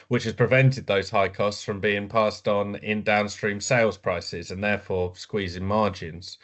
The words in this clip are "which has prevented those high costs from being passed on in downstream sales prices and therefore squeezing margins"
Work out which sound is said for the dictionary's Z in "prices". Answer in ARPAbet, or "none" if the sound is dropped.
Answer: Z